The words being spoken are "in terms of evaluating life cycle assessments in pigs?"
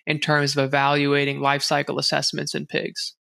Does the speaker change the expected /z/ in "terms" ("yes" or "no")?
no